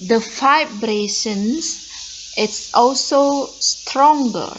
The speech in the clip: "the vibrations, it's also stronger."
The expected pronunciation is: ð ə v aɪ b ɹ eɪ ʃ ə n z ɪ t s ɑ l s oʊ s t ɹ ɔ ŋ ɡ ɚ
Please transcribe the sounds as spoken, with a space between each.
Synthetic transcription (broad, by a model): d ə f aɪ b ɹ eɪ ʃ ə n s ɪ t s ɑ l s oʊ s t ɹ ɔ ŋ ɡ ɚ